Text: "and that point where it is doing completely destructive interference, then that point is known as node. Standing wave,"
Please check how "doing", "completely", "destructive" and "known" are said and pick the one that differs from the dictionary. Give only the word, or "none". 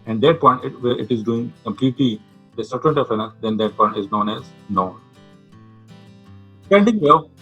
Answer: destructive